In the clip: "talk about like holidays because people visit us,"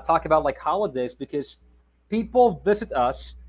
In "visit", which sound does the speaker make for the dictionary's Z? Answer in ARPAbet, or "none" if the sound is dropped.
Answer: Z